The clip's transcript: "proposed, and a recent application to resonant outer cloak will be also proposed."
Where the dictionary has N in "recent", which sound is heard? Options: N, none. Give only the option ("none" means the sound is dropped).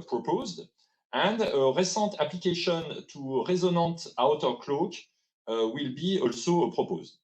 none